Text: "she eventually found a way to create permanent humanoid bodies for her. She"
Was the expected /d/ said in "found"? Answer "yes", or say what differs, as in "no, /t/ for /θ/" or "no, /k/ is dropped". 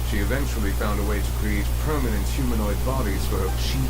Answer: yes